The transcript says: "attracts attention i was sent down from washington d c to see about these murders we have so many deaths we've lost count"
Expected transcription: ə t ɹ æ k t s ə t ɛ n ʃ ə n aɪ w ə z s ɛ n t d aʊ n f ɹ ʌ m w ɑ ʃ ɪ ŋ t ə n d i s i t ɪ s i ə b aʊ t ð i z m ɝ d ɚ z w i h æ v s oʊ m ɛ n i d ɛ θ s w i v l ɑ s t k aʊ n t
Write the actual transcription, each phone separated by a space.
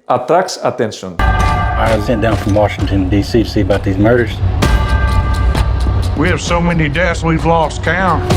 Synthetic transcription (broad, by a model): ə t ɹ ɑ k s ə t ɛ n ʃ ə n aɪ w ə z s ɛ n d aʊ n f ɹ ʌ m w ɑ ʃ ɪ ŋ t ə n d i s i t ɪ s i ə b aʊ t ð i z m ɝ d ɚ z w i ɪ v s oʊ m ɛ n i d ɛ t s w i v l ɑ s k aʊ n